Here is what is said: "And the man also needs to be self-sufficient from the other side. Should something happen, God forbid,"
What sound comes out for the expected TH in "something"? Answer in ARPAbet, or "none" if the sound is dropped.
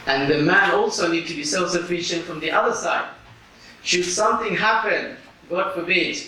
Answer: TH